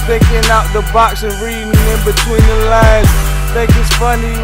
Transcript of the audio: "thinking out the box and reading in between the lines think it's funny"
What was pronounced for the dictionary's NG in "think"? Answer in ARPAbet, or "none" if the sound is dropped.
none